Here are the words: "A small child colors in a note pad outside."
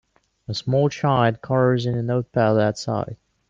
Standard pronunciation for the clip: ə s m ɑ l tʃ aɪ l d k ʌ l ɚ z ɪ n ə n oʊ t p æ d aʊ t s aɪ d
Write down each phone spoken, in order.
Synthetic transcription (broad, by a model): ə s m ɑ l tʃ aɪ d k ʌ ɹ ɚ z ɪ n ə n oʊ t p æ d aʊ t s aɪ d